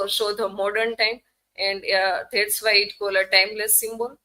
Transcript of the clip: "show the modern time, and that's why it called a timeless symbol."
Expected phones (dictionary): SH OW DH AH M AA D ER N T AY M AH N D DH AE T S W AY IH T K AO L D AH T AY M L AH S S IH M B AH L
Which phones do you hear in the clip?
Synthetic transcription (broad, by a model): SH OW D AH M AA D ER N T AY M AH N D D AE T S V AY IH T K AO L AH T AY M L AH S S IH M B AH L